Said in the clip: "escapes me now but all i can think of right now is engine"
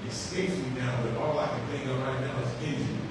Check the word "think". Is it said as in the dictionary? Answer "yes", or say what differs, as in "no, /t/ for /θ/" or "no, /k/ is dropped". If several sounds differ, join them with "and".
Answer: no, /k/ is dropped